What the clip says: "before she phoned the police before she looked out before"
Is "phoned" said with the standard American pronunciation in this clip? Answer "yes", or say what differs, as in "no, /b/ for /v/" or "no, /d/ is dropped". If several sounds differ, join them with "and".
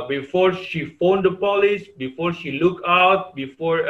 yes